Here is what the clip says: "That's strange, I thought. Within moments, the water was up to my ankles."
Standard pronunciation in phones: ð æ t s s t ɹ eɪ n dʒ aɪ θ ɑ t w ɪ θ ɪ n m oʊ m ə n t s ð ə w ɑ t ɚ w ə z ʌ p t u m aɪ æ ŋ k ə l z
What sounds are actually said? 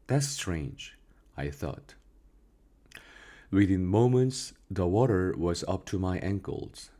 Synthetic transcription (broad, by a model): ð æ t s s t ɹ eɪ n dʒ aɪ θ ɑ t w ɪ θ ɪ n m oʊ m ə n t s ð ə w ɑ t ɚ w ə z ʌ p t u m aɪ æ ŋ k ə l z